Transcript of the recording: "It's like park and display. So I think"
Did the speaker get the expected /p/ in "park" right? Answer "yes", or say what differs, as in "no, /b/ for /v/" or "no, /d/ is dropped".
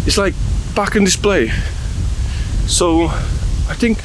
no, /b/ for /p/